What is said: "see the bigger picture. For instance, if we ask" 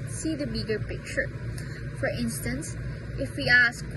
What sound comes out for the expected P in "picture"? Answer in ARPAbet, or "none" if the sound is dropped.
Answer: P